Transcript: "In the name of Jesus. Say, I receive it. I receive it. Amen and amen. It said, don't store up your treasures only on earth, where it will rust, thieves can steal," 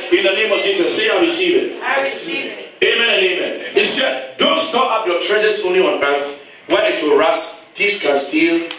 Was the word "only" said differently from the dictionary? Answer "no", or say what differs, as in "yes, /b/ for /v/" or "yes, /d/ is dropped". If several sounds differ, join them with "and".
yes, /l/ is dropped